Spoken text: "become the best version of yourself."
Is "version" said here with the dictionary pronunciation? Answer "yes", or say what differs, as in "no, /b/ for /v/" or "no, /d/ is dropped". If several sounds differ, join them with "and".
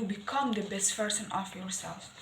no, /p/ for /v/ and /s/ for /ʒ/